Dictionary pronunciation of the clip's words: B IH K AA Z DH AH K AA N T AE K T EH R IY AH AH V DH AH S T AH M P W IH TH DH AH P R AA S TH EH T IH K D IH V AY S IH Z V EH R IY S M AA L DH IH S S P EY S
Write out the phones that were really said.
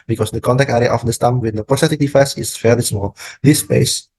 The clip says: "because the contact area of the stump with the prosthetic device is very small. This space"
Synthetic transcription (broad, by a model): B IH K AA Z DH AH K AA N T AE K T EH R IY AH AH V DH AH S T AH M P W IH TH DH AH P R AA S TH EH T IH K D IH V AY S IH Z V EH L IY S M AA L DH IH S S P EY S